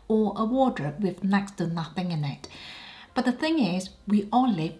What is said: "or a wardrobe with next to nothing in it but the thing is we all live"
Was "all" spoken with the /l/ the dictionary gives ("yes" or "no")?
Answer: no